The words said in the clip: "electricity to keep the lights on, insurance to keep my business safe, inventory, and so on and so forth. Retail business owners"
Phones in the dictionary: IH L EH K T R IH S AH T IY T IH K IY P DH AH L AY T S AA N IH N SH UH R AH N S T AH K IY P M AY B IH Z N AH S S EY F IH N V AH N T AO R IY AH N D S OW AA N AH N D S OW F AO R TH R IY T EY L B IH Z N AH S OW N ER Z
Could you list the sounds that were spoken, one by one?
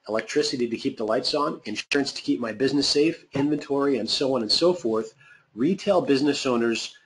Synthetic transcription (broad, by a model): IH L EH K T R IH S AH T IY T IH K IY P DH AH L AY T S N IH N SH UH R AH N S T AH K IY P M AY B IH Z N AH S S EY F IH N V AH N T AO R IY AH N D S OW AA N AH N S OW F AO R TH R IY T EY L B IH Z N AH S OW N ER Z